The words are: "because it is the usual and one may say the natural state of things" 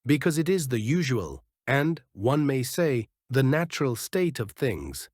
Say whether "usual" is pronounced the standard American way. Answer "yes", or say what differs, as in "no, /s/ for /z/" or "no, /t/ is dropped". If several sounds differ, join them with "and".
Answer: yes